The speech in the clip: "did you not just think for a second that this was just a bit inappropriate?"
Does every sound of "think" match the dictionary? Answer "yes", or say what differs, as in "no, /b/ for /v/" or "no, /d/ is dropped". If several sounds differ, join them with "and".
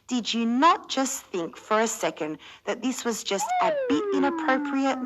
yes